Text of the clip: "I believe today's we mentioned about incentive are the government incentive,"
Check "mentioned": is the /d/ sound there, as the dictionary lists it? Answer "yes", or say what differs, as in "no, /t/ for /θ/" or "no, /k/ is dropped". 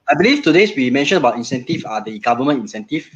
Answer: no, /d/ is dropped